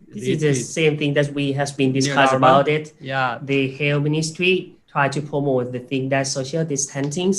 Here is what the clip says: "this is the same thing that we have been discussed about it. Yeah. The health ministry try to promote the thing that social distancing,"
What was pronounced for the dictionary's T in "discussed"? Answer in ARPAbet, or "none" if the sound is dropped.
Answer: none